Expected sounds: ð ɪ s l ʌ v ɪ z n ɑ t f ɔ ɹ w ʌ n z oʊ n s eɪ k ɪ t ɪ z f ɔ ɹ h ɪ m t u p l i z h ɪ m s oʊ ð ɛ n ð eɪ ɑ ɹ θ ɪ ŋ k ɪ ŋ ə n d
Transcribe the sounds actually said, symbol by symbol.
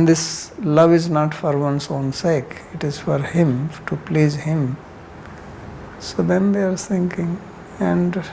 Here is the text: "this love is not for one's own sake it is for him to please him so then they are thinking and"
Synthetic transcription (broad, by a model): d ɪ s l ʌ v ɪ z n ɑ t f ɔ ɹ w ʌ n s oʊ n s eɪ k ɪ t ɪ z f ɔ ɹ h ɪ m t u p l i z h ɪ m s oʊ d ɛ n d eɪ ɑ ɹ s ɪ ŋ k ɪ ŋ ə n d